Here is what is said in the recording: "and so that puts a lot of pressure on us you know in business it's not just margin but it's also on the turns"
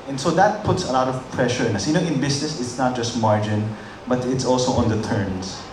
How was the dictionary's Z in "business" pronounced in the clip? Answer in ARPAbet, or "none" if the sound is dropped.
S